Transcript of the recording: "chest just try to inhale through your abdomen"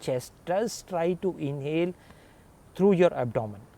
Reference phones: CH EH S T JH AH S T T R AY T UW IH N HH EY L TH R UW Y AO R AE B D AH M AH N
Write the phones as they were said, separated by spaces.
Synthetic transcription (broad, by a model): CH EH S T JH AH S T T R AY T UW IH N HH EY L T R UW Y AO R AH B D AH M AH N